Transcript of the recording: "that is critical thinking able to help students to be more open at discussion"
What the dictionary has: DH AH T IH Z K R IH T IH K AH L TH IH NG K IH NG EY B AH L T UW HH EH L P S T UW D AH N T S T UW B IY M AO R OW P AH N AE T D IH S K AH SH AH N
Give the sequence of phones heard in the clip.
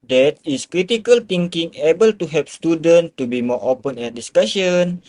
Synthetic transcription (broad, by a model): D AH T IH S K R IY T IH K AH L T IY NG K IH NG EY B AH L T UW HH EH P S T UW D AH N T T UW B IY M AO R OW P AH N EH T D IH S K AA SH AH N